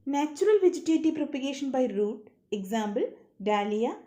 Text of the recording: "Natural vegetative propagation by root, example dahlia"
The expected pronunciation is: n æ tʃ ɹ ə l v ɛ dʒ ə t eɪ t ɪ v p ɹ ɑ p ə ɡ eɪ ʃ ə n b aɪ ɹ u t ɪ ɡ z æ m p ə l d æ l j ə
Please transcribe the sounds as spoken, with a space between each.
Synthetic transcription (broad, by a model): n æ tʃ ɹ ə l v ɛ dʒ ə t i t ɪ p ɹ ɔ p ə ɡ eɪ ʃ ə n b aɪ ɹ u t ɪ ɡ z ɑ m b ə l d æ l j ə